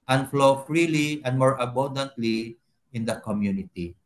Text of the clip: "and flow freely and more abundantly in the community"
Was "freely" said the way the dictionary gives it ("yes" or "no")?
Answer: yes